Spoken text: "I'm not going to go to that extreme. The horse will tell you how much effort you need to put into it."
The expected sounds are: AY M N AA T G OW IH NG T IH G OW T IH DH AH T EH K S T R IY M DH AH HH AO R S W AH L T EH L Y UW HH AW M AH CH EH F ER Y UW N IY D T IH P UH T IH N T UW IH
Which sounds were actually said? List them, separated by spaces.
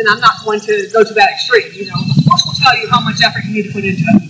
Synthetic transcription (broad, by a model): AY M N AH T G OW IH NG T IH G OW T IH DH AH T EH K S T R IY M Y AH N AO L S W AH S T EH L Y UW HH AW M AH CH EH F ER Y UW N IY D T IH P UH T IH N T UW